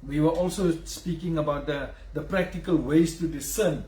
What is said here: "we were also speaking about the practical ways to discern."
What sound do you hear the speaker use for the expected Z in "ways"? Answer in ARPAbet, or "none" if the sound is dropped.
S